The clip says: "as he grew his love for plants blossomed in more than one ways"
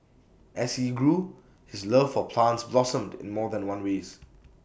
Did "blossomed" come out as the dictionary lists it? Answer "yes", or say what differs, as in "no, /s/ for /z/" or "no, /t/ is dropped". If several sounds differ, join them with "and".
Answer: yes